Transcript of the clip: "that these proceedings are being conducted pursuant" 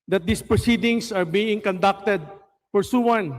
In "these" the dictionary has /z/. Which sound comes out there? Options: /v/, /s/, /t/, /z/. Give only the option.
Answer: /s/